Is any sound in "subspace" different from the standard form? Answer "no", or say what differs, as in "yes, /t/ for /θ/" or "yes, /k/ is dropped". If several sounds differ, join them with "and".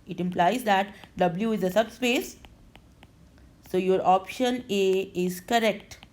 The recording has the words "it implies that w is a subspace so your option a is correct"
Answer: no